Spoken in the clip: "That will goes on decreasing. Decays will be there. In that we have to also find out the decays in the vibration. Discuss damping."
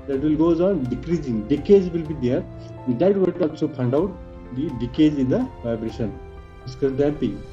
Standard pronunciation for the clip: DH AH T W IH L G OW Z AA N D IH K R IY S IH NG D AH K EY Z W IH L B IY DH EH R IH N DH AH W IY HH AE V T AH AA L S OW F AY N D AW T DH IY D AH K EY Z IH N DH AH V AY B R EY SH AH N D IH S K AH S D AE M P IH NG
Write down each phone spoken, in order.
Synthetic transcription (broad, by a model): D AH T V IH L G OW Z AA N D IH K R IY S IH NG D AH K EY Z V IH L B IY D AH R IH N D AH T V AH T AA L S OW P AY N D AW T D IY D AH K EY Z IH N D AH V AY B R EY SH AH N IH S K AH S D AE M P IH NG